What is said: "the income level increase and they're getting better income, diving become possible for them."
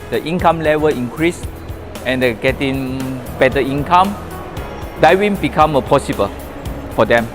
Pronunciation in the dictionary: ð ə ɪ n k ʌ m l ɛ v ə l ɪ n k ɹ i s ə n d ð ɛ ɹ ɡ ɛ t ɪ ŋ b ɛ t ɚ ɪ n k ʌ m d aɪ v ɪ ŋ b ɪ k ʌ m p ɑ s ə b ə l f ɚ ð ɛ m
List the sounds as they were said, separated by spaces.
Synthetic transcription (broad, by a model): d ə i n k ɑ m l ɛ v ə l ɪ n k ɹ i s ə n d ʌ ɡ ɛ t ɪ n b ɛ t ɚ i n k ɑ m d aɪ w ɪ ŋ b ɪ k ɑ m p ɑ s ə b ə l f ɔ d ɛ m